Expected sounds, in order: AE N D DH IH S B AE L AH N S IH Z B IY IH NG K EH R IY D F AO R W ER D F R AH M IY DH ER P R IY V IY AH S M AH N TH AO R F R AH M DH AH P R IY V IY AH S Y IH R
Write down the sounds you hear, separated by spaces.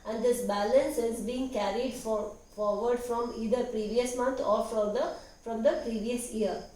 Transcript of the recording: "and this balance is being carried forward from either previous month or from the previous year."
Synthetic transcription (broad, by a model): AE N D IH S B AE L AH N S IH Z B IY IH NG K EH R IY D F AO R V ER D F R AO M IY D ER P R IY V IY AH S M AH N T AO R F R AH M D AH P R IY V IY AH S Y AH R